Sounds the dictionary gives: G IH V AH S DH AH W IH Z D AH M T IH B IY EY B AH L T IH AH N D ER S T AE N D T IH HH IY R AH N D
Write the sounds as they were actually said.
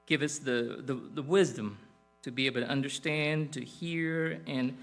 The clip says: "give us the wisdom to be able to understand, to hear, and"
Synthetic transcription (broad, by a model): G IH V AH S DH AH W IH Z D AH M T IH B IY EY B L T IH AH N D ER S T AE N T IH HH IY R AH N